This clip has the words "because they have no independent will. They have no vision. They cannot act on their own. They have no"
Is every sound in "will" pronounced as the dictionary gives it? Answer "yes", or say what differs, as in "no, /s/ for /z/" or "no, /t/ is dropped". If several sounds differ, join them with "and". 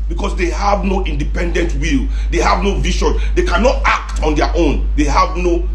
yes